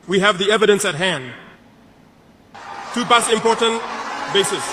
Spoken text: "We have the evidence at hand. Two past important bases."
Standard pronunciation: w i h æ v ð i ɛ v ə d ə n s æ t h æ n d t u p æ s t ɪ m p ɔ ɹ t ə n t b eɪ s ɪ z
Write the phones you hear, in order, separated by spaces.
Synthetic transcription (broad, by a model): w i h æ v ð i ɛ v ə d ə n s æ t h æ n d t u b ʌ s ɪ m p ɔ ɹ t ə n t b eɪ s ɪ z